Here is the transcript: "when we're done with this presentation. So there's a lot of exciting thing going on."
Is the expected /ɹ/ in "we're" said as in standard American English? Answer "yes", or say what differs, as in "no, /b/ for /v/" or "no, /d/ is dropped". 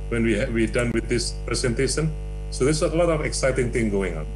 no, /w/ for /ɹ/